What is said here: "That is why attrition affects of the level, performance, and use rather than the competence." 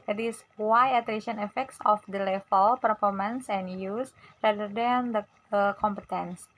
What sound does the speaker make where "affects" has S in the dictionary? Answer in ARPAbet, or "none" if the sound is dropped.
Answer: S